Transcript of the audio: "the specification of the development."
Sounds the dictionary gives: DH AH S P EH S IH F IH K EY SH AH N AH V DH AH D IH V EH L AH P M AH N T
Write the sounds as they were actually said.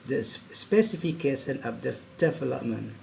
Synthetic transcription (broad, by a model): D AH S P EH S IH F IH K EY S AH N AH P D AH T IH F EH L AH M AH N